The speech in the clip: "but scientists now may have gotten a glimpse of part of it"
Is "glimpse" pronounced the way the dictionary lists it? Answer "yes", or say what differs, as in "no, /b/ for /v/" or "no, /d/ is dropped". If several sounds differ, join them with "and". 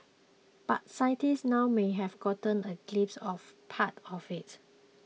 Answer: no, /m/ is dropped